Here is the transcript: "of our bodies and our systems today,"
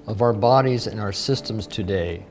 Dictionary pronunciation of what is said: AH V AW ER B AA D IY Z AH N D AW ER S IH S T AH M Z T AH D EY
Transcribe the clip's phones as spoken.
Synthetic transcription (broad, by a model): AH V AW ER B AA D IY Z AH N AW ER S IH S T AH M Z T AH D EY